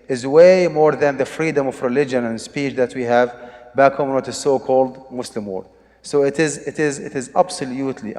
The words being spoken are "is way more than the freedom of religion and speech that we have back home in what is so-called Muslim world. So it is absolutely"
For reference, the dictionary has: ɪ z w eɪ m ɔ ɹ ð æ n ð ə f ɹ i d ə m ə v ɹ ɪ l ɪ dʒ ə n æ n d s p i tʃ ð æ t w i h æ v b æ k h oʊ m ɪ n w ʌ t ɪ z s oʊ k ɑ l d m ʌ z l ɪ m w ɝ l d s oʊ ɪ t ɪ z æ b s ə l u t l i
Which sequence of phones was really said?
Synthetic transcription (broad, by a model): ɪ z w eɪ m ɔ ɹ ð æ n ð ə f ɹ i d ə m ə v ɹ ɪ l ɪ dʒ ə n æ n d s p i tʃ ð æ t w i h æ v b æ k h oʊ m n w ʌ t ɪ z s oʊ k ɑ l d m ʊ s l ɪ m w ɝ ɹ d s oʊ ɪ t ɪ z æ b s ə l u t l i